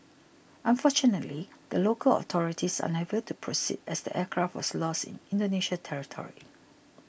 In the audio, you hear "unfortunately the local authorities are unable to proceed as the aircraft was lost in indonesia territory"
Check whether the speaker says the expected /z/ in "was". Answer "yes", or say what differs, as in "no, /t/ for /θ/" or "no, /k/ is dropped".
no, /s/ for /z/